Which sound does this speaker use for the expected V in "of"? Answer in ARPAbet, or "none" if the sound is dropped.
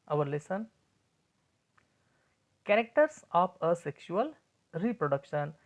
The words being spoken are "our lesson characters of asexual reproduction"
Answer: P